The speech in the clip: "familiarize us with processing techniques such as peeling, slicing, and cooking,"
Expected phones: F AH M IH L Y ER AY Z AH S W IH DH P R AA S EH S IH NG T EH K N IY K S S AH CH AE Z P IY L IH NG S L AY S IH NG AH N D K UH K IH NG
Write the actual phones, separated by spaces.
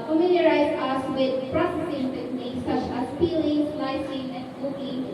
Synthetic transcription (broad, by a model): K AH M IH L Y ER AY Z AH S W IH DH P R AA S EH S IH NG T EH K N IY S S AH CH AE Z F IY L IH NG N AY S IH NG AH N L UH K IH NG